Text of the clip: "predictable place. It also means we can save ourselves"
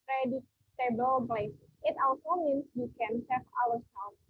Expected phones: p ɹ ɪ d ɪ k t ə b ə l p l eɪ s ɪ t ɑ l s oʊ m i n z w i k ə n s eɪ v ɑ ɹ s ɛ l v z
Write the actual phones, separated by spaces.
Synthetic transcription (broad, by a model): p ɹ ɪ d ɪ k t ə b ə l b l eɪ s ɪ t ɑ l s oʊ m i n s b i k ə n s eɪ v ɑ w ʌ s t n